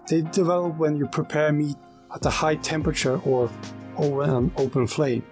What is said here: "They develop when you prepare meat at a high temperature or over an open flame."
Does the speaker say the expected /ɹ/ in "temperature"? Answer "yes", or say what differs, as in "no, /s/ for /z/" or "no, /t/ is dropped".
yes